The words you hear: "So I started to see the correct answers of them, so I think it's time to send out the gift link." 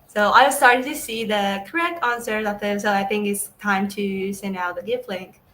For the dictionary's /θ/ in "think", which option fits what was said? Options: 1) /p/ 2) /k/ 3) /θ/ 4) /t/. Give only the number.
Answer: 3